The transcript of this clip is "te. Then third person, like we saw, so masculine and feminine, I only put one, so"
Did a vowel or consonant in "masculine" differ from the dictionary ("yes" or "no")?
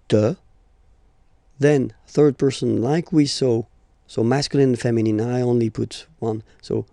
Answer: yes